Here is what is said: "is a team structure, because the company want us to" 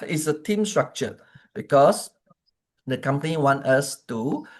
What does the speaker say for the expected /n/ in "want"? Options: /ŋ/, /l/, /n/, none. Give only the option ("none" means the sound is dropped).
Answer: /n/